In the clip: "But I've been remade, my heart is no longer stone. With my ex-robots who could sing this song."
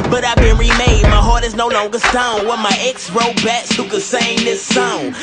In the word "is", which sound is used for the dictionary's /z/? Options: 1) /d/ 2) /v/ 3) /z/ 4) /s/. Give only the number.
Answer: 3